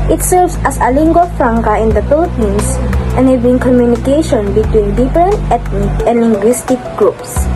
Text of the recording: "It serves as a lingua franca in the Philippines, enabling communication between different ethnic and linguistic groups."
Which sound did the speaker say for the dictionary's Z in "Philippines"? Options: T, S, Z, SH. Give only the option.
S